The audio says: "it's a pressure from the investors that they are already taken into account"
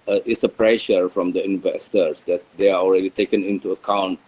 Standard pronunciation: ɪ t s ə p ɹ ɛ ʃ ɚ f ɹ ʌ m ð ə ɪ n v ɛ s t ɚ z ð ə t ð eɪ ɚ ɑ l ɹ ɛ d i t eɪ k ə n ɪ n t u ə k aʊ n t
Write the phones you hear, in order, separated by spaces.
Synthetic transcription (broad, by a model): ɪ t s ə p ɹ ɛ ʃ ɚ f ɹ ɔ m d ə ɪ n v ɛ s t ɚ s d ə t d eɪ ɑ ɑ l ɹ ɛ d i t eɪ k ə n ɪ n t u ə k aʊ n t